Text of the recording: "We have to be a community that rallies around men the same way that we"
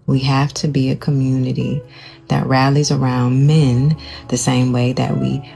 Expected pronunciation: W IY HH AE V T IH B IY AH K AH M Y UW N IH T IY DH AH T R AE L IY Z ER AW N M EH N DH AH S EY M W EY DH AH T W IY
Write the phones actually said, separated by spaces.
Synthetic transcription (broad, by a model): W IY HH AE F T IH B IY AH K AH M Y UW N IH T IY DH AH T R AE L IY Z ER AW N M EH N DH AH S EY M W EY DH AH T W IY